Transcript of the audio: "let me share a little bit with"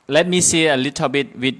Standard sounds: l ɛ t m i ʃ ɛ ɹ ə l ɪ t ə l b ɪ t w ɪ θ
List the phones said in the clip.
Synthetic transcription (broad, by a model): l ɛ t m i s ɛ ə l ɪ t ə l b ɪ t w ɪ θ